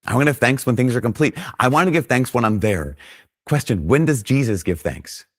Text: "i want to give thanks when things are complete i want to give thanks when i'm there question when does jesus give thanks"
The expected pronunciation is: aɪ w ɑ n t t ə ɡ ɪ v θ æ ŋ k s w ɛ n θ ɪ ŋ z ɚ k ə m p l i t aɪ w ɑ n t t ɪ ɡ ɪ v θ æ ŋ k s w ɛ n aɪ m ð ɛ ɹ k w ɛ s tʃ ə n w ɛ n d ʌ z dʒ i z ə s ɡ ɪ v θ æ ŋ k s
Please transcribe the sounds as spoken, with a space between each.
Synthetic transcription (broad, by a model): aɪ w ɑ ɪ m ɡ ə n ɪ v θ æ ŋ k s w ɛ n θ ɪ ŋ z ɚ k ə m p l i t aɪ w ɑ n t t ɪ ɡ ɪ v θ æ ŋ k s w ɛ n aɪ m ð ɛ ɹ k w ɛ s tʃ ə n w ɛ n d ʌ z dʒ i z ə s ɡ ɪ v θ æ ŋ k s